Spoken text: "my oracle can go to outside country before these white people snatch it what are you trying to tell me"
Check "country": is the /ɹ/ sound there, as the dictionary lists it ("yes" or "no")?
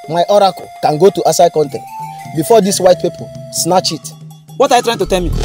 no